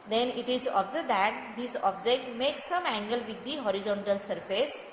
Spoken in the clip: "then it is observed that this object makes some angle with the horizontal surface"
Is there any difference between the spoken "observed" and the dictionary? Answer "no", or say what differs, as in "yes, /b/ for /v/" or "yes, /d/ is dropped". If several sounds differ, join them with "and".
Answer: yes, /v/ is dropped